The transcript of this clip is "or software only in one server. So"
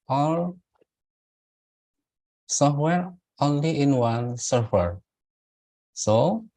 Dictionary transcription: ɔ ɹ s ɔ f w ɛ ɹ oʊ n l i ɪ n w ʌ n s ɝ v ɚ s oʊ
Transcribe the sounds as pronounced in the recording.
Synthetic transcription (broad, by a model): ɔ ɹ s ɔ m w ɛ ɹ oʊ n l i ɪ n w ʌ n s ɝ f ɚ s oʊ